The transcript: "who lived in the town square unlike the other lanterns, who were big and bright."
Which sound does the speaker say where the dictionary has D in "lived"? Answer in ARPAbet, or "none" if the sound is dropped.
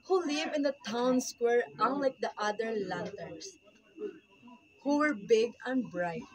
none